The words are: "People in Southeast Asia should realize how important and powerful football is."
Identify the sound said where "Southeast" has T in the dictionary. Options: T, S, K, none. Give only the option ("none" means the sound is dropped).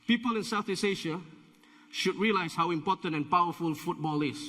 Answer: none